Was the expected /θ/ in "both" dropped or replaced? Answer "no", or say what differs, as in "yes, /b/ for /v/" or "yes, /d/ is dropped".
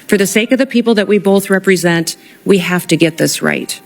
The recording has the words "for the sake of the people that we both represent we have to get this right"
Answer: no